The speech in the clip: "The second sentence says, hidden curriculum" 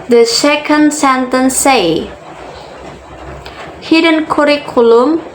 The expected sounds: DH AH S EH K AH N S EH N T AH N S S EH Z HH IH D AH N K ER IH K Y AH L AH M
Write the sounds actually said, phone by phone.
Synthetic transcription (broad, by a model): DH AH S EH K AH N S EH N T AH N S S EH HH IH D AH N K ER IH K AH L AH M